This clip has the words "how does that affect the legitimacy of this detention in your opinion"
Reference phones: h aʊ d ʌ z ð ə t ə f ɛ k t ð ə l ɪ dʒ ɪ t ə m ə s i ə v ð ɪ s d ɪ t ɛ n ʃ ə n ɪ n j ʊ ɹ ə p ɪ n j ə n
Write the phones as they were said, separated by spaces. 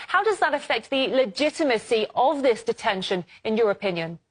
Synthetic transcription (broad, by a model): h aʊ d ʌ z ð ə t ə f ɛ k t ð ə l ɪ dʒ ɪ t ə m ə s i ə v ð ɪ s d ɪ t ɛ n ʃ ə n ɪ n j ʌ ɹ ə p ɪ n j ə n